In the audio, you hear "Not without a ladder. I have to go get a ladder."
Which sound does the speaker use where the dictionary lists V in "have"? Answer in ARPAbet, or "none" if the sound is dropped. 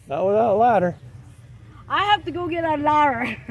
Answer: F